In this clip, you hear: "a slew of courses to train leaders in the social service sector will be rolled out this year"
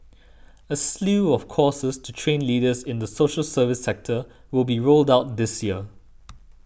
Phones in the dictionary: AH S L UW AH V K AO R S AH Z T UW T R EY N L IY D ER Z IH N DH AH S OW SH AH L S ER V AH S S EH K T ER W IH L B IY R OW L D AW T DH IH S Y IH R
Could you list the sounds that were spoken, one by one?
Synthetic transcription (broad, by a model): AH S L UW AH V K AO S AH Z T UW T R EY N L IY D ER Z IH N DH AH S OW SH AH L S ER V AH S S EH K T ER W IH L B IY R OW L D AW T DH IH S Y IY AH